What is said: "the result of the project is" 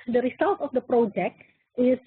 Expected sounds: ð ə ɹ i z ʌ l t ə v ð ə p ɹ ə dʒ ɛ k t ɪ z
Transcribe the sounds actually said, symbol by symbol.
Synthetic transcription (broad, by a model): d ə ɹ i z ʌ l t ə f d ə p ɹ ə dʒ ɛ k t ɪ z